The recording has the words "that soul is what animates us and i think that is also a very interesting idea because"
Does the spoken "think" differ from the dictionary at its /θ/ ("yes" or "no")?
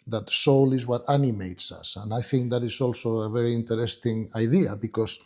no